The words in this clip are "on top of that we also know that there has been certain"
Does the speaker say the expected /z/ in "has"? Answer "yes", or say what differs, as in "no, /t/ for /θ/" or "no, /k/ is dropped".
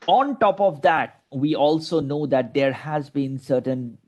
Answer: yes